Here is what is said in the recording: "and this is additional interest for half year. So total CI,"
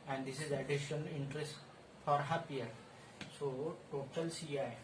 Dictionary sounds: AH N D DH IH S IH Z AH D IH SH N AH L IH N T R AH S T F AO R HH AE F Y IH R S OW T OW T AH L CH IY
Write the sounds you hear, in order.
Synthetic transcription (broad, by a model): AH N D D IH S IH Z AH D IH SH AH N IH N T R AH S T F AO R HH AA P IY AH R S OW T OW T AH L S IY